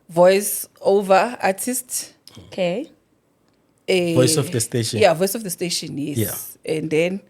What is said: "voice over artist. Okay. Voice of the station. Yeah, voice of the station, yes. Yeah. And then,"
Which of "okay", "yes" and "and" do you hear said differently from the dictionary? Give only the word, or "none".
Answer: yes